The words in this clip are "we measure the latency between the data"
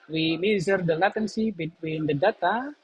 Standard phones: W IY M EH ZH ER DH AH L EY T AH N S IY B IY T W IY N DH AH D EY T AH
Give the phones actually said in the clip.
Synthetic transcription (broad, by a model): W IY M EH Z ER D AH L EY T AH N S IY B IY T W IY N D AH D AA T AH